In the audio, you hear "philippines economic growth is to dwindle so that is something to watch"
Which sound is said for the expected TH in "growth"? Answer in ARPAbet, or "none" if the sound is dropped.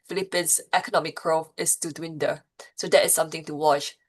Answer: F